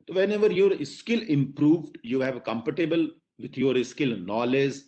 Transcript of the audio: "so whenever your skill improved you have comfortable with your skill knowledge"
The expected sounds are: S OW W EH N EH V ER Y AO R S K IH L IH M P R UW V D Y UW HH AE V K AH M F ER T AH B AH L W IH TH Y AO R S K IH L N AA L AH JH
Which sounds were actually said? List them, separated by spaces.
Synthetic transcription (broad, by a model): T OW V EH N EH V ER Y AO R S K IH L IH M P R UW V D Y UW HH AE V K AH M P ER T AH B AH L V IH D Y AO R S K IH L N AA L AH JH